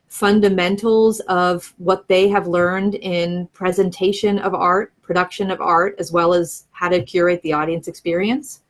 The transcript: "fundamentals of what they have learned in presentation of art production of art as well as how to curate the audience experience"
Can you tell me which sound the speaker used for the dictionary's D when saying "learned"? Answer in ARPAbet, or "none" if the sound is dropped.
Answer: D